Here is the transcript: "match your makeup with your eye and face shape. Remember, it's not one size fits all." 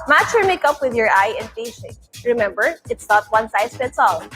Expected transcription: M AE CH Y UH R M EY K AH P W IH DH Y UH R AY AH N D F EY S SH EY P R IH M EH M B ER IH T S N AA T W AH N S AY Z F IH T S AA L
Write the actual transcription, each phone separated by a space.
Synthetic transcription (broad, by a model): M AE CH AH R M EY K AH P W IH DH Y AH R AY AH N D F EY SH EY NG R IH M EH M B ER IH T S N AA T W AH N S AY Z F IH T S AA L